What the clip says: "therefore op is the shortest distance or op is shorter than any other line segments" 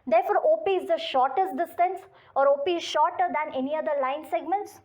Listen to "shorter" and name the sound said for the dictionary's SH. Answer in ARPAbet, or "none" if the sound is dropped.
SH